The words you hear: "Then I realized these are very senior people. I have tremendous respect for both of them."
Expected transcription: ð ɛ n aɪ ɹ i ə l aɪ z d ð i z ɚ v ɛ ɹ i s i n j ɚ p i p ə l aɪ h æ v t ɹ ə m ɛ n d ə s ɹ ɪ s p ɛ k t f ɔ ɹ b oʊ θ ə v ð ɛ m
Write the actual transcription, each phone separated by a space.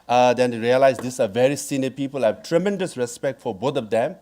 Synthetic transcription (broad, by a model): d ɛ n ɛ ɹ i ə l aɪ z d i s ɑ v ɛ ɹ i s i n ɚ p i p ə l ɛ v t ɹ ə m ɛ n d ə s ɹ ɪ s p ɛ k t f ɔ ɹ b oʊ t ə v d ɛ m